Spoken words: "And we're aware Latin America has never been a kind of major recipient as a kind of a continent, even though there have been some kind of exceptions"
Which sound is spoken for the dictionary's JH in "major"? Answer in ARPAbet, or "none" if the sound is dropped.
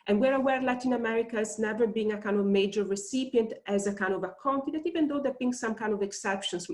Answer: JH